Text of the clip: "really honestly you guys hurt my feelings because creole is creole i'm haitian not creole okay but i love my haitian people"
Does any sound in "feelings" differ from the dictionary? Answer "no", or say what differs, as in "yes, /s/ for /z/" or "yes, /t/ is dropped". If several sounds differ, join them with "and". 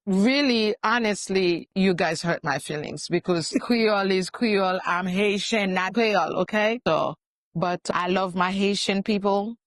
no